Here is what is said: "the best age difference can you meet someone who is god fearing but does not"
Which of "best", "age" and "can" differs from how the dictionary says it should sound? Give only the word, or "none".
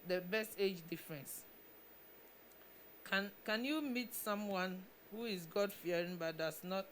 none